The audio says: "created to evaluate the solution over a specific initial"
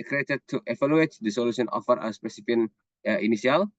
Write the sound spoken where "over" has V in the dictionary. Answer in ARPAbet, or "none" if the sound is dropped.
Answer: F